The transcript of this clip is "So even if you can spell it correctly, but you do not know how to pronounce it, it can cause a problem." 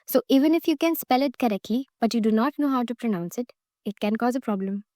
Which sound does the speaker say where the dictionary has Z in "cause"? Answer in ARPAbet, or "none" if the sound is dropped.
Z